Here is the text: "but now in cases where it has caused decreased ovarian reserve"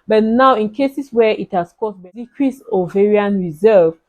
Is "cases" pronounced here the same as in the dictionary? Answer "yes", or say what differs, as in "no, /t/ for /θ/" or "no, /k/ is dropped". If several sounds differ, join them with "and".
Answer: no, /s/ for /z/